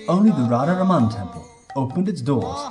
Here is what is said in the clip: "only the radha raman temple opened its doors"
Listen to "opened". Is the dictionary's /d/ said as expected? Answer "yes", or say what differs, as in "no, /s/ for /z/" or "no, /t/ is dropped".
yes